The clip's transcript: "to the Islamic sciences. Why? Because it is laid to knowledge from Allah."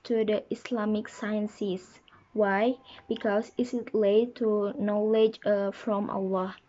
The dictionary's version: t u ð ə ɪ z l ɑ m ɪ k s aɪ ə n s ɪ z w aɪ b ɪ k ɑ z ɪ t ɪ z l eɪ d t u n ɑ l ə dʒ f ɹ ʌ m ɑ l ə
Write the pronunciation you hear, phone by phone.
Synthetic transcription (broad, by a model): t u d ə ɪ s l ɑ m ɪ k s aɪ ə n s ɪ s w aɪ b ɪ k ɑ s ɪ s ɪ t l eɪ t u n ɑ l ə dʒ f ɹ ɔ m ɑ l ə